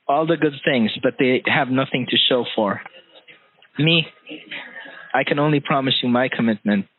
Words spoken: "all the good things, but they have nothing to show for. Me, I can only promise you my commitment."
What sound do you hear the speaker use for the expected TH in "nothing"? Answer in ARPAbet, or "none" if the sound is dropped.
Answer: TH